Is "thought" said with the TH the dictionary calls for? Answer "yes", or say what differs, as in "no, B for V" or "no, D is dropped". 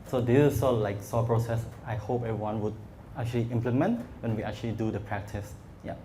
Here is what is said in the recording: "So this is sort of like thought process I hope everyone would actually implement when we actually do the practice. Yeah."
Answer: no, S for TH